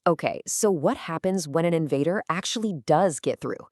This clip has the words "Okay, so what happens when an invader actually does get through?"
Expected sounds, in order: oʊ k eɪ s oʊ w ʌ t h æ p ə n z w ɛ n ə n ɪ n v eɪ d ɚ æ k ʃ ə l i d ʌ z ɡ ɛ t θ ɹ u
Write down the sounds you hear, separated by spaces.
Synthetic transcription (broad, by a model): oʊ k eɪ s oʊ w ʌ t h æ p ə n z w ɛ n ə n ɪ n v eɪ d ɚ æ k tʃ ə l i d ʌ z ɡ ɛ t θ ɹ u